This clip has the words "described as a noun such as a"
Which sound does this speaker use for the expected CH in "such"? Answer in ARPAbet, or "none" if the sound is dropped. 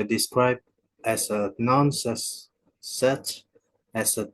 S